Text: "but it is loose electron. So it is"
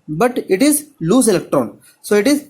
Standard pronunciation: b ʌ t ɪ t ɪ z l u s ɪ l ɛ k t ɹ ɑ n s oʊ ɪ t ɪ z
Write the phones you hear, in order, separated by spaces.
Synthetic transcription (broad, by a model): b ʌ t ɪ t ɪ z l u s ɪ l ɛ k t ɹ ɑ n s oʊ ɪ t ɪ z